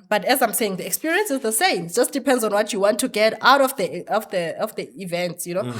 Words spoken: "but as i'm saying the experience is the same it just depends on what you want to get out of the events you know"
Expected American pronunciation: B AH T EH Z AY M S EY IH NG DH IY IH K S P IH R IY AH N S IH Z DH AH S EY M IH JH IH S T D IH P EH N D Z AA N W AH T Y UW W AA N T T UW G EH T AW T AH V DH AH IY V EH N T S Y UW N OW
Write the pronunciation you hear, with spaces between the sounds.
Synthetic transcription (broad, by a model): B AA T EH Z AY M S EY IH NG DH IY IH K S P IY R IY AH N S IH Z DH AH S EY M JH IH S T D IH P EH N D Z AA N W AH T Y UW W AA N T T UW G EH T AW T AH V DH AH IY V EH N T S Y UW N OW